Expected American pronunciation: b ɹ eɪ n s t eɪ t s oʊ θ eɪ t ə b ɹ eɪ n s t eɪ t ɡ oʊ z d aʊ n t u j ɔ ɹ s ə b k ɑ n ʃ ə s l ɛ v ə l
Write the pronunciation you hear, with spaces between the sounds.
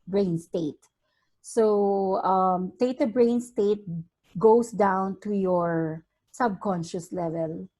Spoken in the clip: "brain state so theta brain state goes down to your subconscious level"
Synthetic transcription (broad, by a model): b ɹ eɪ n s t eɪ t s oʊ t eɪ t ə b ɹ eɪ n s t eɪ t ɡ oʊ s d aʊ n t u j ɔ ɹ s ə b k ɑ n ʃ ə s l ɛ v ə l